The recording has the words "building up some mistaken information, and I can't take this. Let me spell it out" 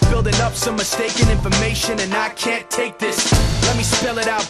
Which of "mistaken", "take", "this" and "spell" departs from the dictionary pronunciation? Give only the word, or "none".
none